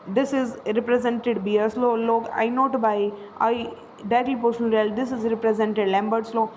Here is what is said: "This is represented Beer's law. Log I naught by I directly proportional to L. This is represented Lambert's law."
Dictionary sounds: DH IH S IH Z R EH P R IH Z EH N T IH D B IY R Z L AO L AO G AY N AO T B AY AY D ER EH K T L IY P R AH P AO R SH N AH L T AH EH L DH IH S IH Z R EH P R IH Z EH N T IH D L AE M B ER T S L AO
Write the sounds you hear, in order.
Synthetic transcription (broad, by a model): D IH S IH Z R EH P R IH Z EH N T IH D B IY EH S L AO L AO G AY N AO T B AY AY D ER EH T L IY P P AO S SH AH N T EH L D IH S IH Z R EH P R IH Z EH N T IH D L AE M B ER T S L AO